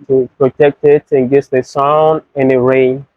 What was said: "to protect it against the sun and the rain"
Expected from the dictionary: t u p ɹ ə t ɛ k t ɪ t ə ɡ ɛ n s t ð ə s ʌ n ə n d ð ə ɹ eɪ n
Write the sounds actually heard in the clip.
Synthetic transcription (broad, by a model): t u p ɹ ə t ɛ k t ɪ t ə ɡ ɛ s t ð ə s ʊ n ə n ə ɹ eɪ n